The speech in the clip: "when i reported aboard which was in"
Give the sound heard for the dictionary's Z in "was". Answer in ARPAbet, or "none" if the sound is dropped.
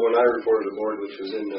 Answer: Z